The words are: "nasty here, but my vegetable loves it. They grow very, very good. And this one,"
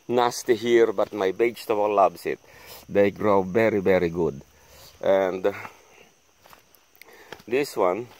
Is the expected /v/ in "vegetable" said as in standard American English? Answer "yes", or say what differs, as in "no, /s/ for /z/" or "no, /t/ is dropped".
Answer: no, /b/ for /v/